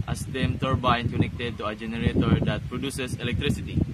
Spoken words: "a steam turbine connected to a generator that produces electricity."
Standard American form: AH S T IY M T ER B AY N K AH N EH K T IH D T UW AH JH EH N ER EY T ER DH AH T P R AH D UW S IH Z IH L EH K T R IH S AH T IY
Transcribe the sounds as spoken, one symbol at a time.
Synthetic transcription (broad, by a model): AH S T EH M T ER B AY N K AH N EH K T IH D T UW AH JH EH N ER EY T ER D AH T P R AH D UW S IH S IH L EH K T R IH S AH T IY